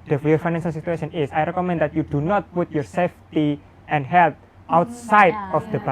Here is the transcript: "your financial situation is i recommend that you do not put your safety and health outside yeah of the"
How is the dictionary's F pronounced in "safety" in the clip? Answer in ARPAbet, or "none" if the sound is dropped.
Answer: F